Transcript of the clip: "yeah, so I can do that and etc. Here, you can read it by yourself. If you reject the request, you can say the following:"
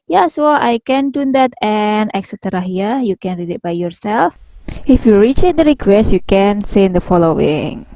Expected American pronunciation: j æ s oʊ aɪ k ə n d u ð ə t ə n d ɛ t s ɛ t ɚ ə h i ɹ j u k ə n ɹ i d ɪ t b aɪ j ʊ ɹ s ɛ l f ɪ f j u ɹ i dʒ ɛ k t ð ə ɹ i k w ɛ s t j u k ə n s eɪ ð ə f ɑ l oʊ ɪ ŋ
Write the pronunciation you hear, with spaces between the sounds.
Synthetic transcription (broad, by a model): j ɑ s oʊ aɪ k ə n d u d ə t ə n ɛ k s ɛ t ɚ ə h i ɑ j u k ə n ɹ i d ɪ t b aɪ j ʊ ɹ s ɛ l f ɪ f j u ɹ i tʃ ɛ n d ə ɹ i k w ɛ s t j u k ə n s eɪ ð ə f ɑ l oʊ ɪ ŋ